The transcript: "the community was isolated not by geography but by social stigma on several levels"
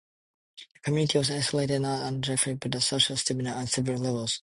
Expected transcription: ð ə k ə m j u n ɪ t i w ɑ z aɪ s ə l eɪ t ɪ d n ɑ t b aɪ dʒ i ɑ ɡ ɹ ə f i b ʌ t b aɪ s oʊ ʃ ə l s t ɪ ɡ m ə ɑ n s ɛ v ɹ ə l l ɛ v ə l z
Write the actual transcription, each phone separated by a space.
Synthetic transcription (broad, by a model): ð ə k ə m j u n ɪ t i w ɑ z aɪ s ə l eɪ t ɪ d n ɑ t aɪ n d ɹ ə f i b ʌ t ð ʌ s oʊ ʃ ə l s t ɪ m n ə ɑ n s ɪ v ə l l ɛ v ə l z